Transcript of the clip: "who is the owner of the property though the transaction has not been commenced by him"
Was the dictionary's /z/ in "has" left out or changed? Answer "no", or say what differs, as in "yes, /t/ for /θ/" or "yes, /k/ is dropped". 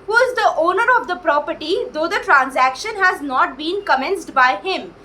no